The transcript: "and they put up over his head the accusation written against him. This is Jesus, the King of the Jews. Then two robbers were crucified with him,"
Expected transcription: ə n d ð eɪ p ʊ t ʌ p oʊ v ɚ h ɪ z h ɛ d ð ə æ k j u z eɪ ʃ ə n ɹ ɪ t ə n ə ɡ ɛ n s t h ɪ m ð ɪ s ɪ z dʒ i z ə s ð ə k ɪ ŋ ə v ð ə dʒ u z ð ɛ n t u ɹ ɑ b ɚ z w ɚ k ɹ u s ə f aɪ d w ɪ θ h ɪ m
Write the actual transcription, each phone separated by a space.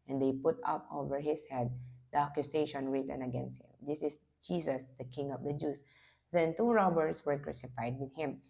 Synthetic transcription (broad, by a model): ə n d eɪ p ʊ t ʌ p oʊ v ɚ h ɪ s h ɛ d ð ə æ k j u s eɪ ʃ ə n ɹ ɪ t ə n ə ɡ ɛ n s t h ɪ m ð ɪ s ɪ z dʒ i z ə s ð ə k ɪ ŋ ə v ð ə dʒ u s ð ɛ n t u ɹ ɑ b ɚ s w ɚ k ɹ u s ə f aɪ d w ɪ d h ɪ m